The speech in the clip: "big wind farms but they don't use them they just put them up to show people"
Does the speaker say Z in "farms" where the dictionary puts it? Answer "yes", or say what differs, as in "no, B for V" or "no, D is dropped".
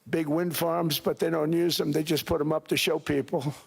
yes